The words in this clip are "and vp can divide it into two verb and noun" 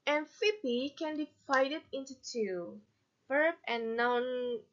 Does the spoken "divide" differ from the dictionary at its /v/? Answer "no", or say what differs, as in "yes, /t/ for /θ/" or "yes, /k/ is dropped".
yes, /f/ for /v/